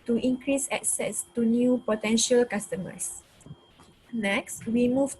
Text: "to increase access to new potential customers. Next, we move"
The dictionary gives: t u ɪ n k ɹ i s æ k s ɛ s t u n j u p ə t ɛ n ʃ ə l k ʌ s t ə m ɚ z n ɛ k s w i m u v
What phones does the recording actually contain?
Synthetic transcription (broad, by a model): t u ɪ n k ɹ i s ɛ k s ɛ s t u n j u p ə t ɛ n ʃ ə l k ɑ s t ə m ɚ s n ɛ k s w i m u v